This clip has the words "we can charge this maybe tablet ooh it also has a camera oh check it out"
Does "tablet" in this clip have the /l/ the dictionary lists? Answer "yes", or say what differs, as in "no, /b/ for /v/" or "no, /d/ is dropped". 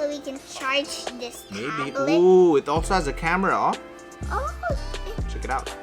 no, /l/ is dropped